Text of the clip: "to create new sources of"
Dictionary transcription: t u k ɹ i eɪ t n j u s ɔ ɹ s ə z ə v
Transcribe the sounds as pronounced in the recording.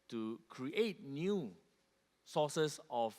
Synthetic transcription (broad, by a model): t u k ɹ i eɪ t n j u s ɔ s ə s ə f